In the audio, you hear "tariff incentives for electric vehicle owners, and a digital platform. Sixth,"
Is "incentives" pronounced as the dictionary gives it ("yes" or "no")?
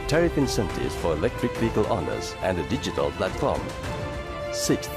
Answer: no